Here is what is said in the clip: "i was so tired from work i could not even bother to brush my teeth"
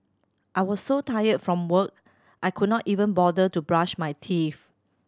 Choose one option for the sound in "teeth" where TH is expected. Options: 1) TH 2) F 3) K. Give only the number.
2